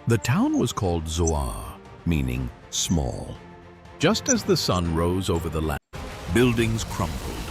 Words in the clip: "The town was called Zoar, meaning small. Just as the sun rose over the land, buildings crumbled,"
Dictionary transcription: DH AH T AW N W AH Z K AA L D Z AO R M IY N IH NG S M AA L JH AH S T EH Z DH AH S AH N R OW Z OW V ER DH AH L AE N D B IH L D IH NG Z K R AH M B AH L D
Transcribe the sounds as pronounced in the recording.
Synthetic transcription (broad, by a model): DH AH T AW N W AH Z K AA L D Z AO R M IY N IH NG S M AA L JH AH S T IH Z DH AH S AH N R OW Z OW V ER DH AH L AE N B IH L D IH NG Z K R AH M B L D